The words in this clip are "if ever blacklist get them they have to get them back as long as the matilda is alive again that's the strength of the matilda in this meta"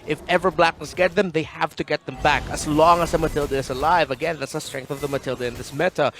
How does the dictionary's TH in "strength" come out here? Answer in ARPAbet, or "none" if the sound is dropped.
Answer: TH